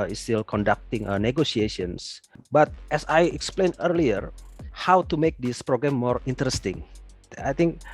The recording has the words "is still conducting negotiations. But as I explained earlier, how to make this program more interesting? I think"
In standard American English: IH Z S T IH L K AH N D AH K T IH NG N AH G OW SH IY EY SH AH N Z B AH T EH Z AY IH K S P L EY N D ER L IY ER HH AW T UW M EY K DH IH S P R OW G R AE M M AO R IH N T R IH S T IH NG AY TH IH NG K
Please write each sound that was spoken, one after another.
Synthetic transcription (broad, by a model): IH S T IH L K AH N D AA K T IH NG N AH G OW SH IY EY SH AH N S B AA T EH S AY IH K S P L EY N ER L IY ER HH AW T UW M EY K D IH S P R OW G R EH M M AO R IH N T R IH S T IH NG AY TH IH NG K